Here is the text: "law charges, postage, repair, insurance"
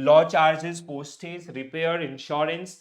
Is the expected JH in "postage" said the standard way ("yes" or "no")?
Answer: no